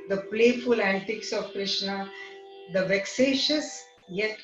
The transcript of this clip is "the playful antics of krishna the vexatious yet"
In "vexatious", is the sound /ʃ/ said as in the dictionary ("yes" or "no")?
yes